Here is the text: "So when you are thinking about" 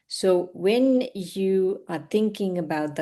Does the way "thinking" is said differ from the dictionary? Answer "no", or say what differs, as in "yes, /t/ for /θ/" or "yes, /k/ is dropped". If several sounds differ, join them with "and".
no